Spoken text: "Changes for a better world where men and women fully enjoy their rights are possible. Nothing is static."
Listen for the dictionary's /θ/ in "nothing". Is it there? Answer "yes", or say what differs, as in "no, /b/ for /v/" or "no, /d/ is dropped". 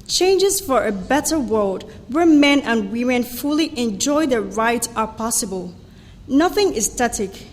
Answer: yes